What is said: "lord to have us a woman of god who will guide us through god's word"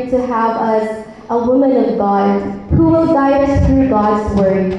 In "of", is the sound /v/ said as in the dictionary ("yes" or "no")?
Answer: yes